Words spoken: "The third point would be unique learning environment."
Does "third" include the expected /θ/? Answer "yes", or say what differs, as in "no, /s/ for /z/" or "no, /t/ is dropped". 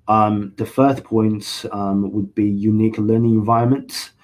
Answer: no, /f/ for /θ/